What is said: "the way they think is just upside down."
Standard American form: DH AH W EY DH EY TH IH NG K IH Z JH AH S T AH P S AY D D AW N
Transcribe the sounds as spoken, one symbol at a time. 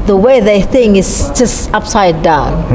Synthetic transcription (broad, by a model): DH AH W EY DH EY TH IH NG K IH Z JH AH S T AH P S AY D D AW N